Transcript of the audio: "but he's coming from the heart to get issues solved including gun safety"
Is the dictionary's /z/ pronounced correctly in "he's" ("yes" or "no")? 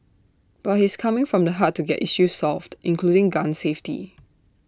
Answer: no